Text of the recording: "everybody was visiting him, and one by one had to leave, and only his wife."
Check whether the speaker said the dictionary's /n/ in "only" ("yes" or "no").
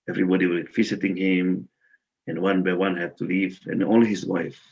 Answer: no